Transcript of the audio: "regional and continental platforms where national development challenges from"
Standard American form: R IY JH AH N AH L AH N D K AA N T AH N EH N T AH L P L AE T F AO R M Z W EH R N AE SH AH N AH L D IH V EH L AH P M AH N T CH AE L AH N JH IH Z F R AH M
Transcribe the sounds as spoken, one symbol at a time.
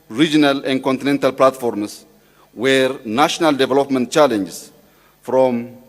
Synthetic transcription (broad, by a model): R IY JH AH N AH L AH N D K AA N T AH N EH N T AH L P L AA T F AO R M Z W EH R N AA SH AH N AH L D IH V EH L AH P M AH N T CH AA L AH N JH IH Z F R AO M